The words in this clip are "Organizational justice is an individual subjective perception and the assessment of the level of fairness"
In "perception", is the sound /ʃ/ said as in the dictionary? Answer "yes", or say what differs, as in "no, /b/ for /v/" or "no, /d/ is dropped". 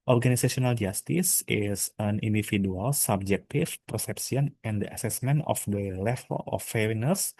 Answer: no, /s/ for /ʃ/